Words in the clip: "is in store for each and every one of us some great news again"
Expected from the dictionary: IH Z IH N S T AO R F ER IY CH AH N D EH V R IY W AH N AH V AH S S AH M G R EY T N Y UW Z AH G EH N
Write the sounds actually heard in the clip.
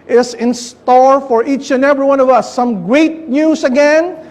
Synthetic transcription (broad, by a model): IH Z IH N S T AO R F ER IY CH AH N EH V R IY W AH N AH V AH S S AH M G R EY T N Y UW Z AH G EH N